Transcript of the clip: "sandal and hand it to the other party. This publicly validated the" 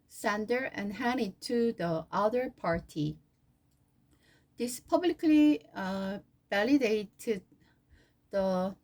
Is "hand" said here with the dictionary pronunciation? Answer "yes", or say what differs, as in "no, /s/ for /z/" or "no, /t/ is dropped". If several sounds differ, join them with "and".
no, /d/ is dropped